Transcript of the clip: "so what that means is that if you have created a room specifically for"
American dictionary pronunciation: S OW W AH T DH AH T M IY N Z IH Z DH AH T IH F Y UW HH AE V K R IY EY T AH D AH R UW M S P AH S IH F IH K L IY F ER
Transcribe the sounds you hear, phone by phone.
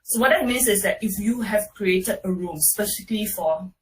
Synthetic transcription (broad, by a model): S OW W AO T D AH T M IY N S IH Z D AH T IH F Y UW HH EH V K R IY EY T AH D AH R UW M S P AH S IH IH K L IY F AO